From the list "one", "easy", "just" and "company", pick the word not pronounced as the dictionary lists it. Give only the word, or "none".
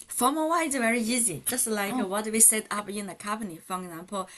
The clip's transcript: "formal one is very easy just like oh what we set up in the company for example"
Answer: one